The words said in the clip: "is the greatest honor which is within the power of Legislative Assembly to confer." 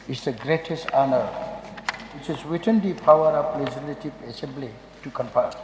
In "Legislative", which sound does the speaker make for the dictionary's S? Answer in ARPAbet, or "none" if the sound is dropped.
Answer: none